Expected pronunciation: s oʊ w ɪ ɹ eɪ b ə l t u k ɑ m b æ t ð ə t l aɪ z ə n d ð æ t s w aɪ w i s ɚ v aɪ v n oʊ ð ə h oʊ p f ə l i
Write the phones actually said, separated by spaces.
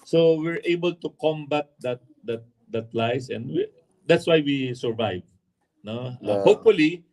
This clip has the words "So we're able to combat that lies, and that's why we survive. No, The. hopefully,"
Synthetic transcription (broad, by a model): s oʊ w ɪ ɹ eɪ b ə l t u k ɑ m b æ t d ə t l aɪ s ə n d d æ t s w aɪ w i s ɚ v aɪ v n oʊ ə h oʊ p f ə l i